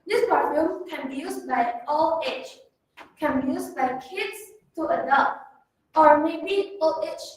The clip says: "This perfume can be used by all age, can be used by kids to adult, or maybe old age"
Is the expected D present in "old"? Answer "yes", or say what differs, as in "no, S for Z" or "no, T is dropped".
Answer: no, D is dropped